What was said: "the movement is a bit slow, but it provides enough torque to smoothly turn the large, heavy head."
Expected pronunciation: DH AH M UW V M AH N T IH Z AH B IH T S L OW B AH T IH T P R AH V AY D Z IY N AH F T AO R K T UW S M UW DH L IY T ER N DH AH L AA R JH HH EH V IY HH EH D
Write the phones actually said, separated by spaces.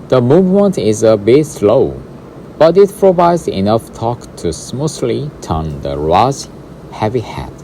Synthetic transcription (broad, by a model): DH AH M UW V M AH N T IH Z AH B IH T S L OW B AH T IH T P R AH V AY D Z IY N AH F T AO K T UW S M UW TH L IY T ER N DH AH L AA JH HH EH V IY HH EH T